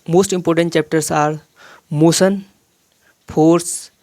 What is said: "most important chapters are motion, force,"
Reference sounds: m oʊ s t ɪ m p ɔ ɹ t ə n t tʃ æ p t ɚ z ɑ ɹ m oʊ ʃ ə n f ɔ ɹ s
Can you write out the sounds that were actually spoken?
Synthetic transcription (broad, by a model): m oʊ s t ɪ m p ɔ ɹ t ə n t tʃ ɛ p t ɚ s ɑ ɹ m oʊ s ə n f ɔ ɹ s